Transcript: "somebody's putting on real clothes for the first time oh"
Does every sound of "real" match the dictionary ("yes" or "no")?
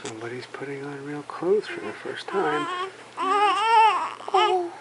yes